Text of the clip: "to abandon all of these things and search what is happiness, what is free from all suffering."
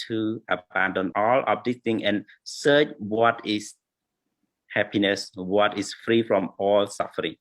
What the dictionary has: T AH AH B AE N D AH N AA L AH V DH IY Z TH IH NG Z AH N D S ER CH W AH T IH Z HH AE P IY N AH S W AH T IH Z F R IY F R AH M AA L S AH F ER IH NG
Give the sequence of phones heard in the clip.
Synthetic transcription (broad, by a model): T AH AH B AE N D AH N AA L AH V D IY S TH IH NG AH N S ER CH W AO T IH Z HH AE P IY N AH S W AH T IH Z F R IY F R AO M AA L S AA F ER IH NG